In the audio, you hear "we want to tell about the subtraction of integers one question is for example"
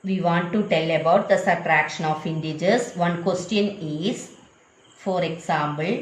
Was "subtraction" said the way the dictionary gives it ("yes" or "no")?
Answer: no